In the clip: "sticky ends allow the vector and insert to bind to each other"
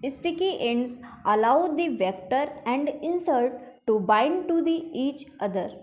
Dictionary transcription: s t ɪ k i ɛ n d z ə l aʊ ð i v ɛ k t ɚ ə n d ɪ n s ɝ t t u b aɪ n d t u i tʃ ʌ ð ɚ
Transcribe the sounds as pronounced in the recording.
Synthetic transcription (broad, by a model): s t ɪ k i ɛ n d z ə l aʊ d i v ɛ k t ɚ ə n d ɪ n s ɝ t t u b aɪ n d t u i tʃ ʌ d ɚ